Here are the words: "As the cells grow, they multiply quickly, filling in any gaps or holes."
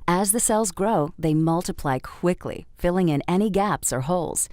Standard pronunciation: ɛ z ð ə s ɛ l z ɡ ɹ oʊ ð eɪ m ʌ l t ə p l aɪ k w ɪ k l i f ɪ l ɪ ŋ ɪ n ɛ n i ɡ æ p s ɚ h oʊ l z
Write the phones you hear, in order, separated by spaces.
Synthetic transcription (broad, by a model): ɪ z ð ə s ɛ l z ɡ ɹ oʊ ð eɪ m ʌ l t ə p l aɪ k w ɪ k l i f ɪ l ɪ ŋ ɪ n ɛ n i ɡ æ p s ɚ h oʊ l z